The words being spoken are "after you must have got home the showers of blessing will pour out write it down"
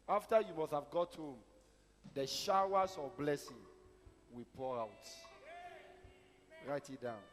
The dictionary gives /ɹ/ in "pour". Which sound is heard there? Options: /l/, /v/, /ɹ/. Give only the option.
/ɹ/